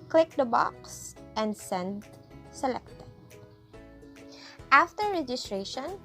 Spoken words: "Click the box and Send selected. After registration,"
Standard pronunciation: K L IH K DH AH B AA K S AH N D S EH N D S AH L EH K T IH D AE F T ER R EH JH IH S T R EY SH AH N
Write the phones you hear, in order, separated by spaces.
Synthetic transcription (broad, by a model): K L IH K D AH B AA K S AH N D S EH N D S AH L EH K T IH D AE F T ER R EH JH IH S T R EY SH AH N